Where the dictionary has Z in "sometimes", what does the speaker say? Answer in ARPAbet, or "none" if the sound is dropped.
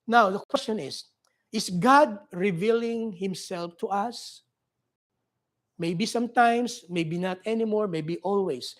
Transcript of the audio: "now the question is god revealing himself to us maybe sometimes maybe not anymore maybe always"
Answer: S